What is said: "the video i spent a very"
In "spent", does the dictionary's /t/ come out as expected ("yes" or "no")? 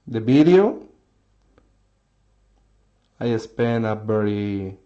no